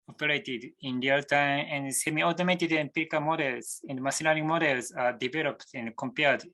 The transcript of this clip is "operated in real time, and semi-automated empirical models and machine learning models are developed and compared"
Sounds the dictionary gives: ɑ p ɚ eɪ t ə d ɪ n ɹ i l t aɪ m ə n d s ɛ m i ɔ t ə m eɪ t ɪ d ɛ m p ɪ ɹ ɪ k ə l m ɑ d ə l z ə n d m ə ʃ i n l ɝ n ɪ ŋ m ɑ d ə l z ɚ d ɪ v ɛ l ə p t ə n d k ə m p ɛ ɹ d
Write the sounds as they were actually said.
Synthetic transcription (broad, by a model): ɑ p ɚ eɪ t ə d ɪ n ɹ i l t aɪ m ə n d s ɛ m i ɔ t ə m eɪ t ɪ d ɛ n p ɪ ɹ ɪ k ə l m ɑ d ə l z ə n d m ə s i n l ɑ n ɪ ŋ m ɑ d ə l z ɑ d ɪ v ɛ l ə p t ə n d k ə m p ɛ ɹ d